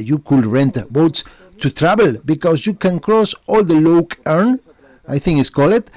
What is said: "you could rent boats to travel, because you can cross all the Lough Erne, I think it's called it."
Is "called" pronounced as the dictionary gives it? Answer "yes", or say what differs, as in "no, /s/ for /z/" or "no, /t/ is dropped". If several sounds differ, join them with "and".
no, /d/ is dropped